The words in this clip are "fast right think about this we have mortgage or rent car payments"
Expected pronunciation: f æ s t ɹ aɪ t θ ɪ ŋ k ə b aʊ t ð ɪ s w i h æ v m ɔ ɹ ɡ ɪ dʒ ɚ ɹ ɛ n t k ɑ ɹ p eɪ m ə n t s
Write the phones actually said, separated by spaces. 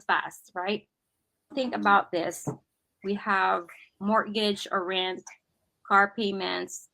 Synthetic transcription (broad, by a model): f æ s t ɹ aɪ t θ ɪ ŋ k ə b aʊ t ð ɪ s w i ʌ v m ɔ ɹ ɡ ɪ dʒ ɚ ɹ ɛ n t k ɑ ɹ p eɪ m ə n t s